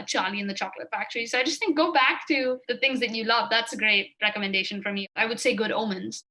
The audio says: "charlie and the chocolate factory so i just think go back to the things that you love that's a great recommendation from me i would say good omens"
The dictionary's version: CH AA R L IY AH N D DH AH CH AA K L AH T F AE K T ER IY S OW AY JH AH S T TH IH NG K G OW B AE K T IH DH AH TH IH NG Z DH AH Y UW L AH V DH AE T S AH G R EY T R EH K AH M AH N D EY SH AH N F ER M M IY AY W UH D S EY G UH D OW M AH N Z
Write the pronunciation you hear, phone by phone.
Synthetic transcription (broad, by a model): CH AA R L IY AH N DH AH CH AA K L AH T F AE K T ER IY S OW AY JH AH S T TH IH NG K G OW B AE K T IH DH AH TH IH NG Z DH AH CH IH L AH V DH AE T S AH G R EY T R EH K AH M AH N D EY SH AH N F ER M M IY AY W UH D S EY G UH D OW M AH N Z